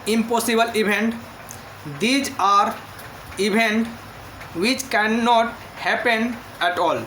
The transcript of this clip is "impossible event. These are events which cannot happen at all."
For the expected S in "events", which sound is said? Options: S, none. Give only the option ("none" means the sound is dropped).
none